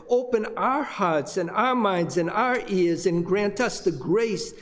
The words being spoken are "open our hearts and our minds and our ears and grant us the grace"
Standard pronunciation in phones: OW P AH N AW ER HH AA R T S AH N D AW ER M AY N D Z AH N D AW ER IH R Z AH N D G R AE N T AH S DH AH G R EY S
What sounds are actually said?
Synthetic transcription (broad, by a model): OW P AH N AW ER HH AA R T S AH N AW ER M AY N D Z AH N AW ER IH R Z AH N G R AE N T AH S DH AH G R EY S